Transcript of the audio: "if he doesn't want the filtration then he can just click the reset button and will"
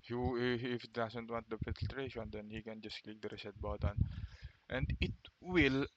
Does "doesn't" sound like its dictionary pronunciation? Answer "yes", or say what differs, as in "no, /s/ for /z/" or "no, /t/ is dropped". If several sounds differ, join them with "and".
no, /s/ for /z/